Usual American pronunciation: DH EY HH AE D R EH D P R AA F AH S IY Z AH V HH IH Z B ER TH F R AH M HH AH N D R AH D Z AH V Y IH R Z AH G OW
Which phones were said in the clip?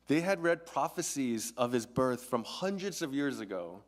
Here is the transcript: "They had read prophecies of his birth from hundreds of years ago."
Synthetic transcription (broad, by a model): DH EY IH D R EH D P R AA F AH S IY Z AH V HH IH Z B ER TH F R AH M HH AH N D R AH D Z AH V Y IH R Z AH G OW